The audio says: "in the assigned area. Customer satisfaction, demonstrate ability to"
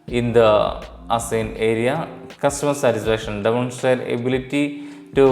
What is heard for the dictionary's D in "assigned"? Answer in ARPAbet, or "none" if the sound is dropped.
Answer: none